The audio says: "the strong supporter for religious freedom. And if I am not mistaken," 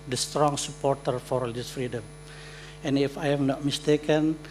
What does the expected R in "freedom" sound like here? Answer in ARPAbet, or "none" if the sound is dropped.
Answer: R